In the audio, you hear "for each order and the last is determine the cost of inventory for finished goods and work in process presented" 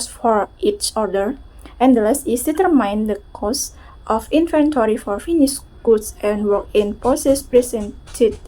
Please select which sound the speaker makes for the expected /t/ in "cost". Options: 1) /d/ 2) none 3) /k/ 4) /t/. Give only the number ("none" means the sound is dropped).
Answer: 4